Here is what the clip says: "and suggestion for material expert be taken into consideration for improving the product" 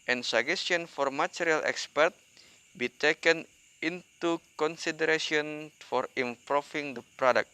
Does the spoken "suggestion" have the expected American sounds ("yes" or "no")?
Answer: no